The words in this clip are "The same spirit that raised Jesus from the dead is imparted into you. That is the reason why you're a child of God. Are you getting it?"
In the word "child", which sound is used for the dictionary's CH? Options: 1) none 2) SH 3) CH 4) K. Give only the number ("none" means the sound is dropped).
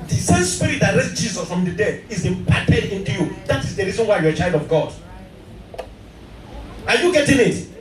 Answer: 3